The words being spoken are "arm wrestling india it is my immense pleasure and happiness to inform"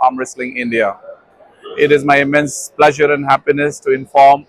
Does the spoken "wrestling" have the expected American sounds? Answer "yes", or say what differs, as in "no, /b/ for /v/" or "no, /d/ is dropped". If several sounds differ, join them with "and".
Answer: yes